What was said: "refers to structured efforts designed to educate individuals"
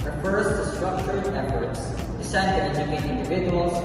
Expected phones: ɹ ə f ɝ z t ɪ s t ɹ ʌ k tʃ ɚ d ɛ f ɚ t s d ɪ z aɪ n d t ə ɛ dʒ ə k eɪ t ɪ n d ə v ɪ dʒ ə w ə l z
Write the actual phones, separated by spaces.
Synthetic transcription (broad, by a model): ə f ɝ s t ɪ s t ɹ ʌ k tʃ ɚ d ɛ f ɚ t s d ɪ s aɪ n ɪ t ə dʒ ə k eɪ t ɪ n d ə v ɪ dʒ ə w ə l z